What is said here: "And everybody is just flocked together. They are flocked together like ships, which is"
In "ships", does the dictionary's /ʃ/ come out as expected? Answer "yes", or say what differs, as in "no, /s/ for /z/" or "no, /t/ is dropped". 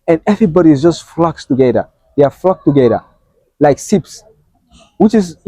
no, /s/ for /ʃ/